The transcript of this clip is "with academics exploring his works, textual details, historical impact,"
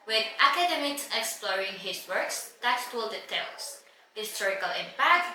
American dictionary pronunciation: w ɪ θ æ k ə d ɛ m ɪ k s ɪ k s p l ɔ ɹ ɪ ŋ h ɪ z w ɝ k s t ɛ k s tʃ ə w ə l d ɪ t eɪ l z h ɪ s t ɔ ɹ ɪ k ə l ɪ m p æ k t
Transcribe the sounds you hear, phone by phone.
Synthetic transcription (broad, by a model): w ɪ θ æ k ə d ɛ m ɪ k s ɪ k s p l ɔ ɹ ɪ ŋ h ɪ s w ɝ k s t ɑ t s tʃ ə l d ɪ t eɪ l s h ɪ s t ɔ ɹ ɪ k ə l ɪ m p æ k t